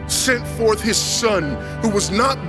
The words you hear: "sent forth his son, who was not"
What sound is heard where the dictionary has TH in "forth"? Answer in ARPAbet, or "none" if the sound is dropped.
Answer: TH